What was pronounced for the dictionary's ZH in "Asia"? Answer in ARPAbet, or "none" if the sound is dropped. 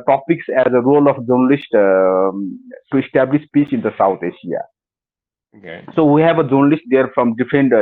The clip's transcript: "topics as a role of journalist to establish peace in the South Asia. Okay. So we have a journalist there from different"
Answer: SH